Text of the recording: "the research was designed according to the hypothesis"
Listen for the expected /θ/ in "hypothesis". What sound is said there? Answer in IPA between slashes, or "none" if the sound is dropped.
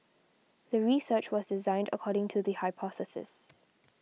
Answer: /θ/